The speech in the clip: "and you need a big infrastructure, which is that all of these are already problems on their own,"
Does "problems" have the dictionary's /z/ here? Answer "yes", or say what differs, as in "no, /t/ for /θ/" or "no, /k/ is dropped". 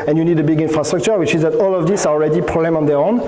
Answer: no, /z/ is dropped